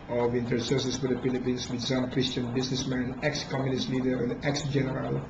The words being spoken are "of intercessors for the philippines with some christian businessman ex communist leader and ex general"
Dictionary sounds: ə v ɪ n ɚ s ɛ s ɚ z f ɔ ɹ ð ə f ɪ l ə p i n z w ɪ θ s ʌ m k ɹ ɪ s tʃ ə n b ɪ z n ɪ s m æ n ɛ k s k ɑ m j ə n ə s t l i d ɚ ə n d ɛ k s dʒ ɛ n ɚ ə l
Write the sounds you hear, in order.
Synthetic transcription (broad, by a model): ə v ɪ n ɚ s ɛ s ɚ s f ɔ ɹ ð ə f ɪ l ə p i n s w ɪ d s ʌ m k ɹ ɪ s tʃ ə n b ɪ s n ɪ s m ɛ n ɛ k s k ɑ m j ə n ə s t l i d ɚ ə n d ɛ k s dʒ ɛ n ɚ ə l